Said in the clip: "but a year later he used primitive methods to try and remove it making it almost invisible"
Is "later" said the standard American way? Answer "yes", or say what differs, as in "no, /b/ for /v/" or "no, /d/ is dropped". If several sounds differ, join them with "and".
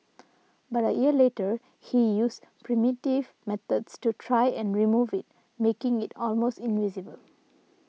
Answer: yes